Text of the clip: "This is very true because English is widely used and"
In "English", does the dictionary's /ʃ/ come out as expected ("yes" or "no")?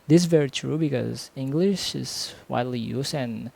yes